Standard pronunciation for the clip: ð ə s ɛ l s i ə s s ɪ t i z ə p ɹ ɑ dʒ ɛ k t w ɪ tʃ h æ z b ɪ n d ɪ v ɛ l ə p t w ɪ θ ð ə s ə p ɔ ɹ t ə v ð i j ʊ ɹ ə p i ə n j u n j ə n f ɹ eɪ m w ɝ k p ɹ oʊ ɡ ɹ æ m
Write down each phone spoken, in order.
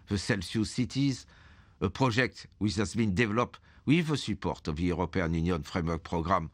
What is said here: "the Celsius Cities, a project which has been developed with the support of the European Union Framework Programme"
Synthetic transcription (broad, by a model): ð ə s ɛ l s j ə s s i t i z ə p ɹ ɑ ʒ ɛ k t w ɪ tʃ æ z b ɪ n d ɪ v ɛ l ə p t w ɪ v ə s ə p ɔ ɹ t ə v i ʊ ɹ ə p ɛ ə n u n j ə n f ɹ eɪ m w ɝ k p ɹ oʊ ɡ ɹ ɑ m